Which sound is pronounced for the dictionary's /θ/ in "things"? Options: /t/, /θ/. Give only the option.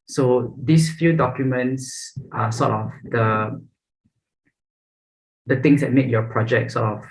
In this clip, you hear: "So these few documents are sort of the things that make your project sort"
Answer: /t/